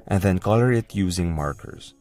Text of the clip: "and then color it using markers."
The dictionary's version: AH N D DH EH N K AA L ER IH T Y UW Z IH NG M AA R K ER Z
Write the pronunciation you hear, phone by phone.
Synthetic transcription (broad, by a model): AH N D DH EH N K AA L ER IH T Y UW Z IH NG M AA R K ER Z